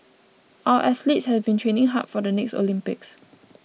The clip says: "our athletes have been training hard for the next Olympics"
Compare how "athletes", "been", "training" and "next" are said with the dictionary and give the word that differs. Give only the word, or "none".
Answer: athletes